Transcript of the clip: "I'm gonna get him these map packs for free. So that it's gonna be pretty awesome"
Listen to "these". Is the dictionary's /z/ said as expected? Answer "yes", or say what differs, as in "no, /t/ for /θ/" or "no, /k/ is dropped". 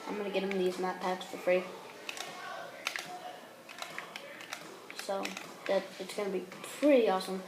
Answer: yes